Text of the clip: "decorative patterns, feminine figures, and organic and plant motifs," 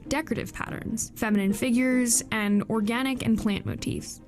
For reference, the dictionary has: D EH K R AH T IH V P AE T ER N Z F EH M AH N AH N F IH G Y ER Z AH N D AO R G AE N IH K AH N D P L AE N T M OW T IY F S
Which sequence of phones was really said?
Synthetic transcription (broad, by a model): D EH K R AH T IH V P AE T ER N Z F EH M AH N AH N F IH G Y ER Z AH N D AO R G AE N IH K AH N P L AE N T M OW T IY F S